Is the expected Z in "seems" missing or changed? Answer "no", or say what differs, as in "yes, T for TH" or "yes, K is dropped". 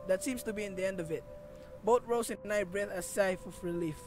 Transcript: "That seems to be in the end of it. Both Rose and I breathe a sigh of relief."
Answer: yes, S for Z